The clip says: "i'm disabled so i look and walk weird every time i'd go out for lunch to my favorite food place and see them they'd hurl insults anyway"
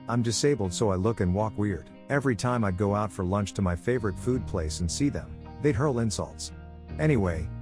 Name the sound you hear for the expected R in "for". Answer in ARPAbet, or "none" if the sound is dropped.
R